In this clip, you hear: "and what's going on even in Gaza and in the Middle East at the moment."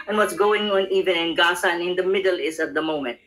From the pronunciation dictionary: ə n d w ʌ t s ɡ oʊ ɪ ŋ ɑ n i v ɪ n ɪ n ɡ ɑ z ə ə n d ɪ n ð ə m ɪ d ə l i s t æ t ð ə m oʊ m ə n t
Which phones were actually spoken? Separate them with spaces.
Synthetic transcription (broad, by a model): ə n w ʌ t s ɡ oʊ ɪ ŋ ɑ n i v ɪ n ɪ n ɡ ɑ s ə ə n ɪ n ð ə m ɪ d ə l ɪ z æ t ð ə m oʊ m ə n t